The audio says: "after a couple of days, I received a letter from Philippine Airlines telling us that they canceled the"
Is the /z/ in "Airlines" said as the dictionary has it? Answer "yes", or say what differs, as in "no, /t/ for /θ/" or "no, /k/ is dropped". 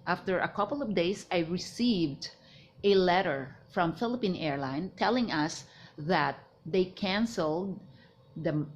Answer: no, /z/ is dropped